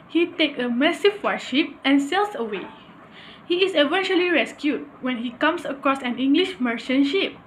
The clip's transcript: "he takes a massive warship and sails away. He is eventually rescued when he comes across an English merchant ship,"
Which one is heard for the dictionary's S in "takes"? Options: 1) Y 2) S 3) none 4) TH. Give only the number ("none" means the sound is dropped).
3